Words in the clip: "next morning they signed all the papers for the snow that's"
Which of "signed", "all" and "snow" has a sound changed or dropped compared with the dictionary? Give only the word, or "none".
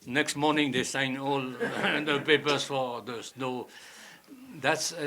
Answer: signed